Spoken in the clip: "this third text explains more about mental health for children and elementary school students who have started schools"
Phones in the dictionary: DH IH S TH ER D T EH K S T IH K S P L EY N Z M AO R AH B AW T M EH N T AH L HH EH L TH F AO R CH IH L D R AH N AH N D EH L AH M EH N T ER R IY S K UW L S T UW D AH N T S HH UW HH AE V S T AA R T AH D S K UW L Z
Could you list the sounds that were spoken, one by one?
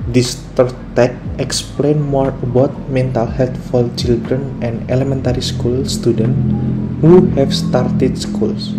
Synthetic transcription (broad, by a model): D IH S T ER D T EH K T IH K S P L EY N M AO R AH B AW T M EH N T AH L HH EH L T F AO L CH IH L D R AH N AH N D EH L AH M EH N T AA R IY S K UW L S T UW D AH N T HH UW HH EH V S T AA R T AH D S K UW L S